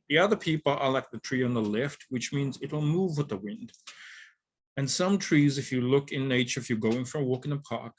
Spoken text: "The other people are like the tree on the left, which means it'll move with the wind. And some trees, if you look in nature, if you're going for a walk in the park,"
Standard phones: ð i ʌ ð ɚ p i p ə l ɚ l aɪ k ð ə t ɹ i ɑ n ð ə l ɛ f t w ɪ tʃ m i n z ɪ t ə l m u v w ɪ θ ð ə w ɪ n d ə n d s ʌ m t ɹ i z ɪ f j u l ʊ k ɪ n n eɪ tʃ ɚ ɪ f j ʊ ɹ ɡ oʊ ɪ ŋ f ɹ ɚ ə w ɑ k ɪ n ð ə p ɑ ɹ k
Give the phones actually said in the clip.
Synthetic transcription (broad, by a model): ð i ʌ ð ɚ p i p l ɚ l aɪ k ð ə t ɹ i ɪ n ð ə l ɛ f t w ɪ tʃ m i n z ɪ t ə l m u v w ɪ ð ə w ɪ n d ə n s ʌ m t ɹ i z ɪ f j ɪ l ʊ k ɪ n n eɪ tʃ ɚ ɪ f j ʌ ɹ ɡ oʊ ɪ ŋ f ɹ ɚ ə w ɑ k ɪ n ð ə p ɑ ɹ k